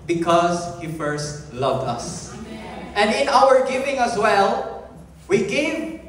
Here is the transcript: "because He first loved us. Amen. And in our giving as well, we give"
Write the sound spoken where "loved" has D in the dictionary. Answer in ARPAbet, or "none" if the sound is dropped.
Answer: D